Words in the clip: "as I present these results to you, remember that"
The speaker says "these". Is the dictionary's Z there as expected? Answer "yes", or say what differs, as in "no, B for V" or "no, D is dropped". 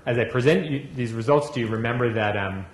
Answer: yes